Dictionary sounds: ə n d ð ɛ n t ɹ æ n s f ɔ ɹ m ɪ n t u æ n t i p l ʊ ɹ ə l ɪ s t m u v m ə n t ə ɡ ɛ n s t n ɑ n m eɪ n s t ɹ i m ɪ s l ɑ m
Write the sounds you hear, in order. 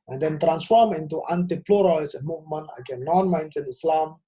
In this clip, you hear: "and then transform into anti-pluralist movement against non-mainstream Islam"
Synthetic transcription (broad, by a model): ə n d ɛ n t ɹ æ n s f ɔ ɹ m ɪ n t u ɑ n t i p l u ɹ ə l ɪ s m u v m ə n t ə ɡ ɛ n n ɑ n m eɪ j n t i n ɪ s l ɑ m